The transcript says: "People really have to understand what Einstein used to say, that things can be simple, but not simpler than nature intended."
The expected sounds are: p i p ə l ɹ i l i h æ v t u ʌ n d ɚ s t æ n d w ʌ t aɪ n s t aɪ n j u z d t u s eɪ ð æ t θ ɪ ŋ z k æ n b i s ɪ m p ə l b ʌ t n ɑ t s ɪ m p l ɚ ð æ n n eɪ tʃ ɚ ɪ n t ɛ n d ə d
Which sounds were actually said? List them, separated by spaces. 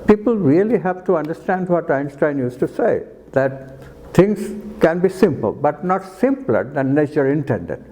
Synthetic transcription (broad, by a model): p i p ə l ɹ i l i h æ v t u ʌ n d ɚ s t æ n d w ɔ t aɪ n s t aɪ n j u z t u s eɪ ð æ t t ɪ ŋ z k æ n b i s ɪ m p ə l b ʌ t n ɑ t s ɪ m p l ɚ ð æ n n eɪ tʃ ɚ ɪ n t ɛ n d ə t